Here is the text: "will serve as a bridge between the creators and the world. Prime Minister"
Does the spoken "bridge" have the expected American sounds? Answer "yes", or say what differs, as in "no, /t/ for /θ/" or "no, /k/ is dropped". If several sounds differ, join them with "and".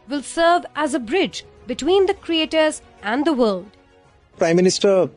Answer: yes